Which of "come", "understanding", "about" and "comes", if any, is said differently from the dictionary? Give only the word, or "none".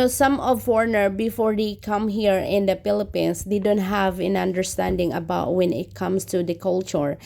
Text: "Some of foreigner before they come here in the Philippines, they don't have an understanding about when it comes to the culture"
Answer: comes